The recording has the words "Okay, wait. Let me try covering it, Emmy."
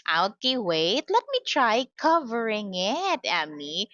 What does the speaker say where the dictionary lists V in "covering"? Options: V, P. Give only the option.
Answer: V